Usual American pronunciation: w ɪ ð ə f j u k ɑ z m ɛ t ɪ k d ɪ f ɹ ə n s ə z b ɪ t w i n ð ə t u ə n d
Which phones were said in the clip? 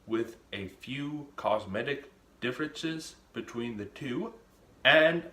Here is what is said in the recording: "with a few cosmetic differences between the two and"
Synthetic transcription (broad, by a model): w ɪ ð ə f j u k ɑ z m ɛ t ɪ k d ɪ f ɹ ə n s ə z b ɪ t w i n ð ə t u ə n